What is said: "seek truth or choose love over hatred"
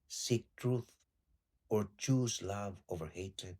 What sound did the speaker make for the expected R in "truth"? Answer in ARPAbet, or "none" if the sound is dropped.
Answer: R